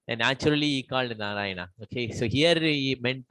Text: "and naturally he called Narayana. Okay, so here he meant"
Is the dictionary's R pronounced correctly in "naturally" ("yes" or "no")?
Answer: no